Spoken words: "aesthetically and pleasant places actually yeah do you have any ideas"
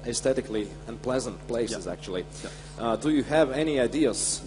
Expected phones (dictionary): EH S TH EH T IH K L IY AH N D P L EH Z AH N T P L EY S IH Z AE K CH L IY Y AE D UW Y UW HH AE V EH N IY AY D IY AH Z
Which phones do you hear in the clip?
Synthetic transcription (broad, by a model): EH S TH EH T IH K L IY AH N P L EH Z AH N T P L EY S IH Z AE K CH IY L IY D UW Y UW HH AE V EH N IY AY D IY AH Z